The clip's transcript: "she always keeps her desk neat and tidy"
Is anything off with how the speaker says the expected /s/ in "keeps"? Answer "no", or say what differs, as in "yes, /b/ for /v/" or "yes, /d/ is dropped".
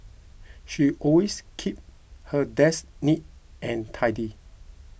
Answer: yes, /s/ is dropped